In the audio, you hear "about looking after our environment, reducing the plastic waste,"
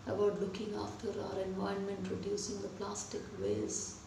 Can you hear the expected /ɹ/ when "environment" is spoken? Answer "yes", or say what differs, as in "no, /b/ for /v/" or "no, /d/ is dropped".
no, /ɹ/ is dropped